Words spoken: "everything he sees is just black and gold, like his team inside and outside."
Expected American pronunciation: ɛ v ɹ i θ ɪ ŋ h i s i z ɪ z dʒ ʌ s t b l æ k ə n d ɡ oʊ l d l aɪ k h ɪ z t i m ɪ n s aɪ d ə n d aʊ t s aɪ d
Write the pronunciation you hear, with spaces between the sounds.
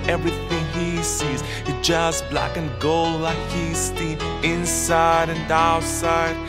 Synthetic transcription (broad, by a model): ɛ v ɹ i θ ɪ ŋ h i s i z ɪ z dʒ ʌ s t b l æ k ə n ɡ oʊ l l aɪ k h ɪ s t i ɪ n s aɪ d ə n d aʊ t s aɪ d